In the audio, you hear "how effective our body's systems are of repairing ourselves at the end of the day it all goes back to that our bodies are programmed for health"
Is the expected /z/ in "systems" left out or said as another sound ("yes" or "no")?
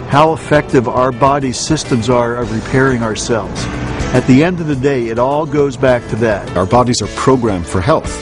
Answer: no